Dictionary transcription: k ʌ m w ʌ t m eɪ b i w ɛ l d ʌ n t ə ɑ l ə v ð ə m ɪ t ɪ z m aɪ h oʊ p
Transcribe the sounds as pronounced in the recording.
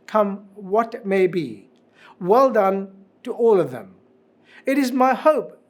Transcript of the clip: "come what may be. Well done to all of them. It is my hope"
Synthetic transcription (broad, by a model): k ʌ m w ʌ t m eɪ b i w ɛ l d ʌ n t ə ɑ l ə v ð ə m ɪ t ɪ z m aɪ h oʊ p